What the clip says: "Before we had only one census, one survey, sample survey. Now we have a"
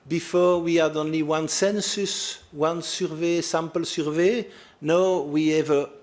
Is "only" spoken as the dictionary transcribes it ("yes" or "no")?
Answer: yes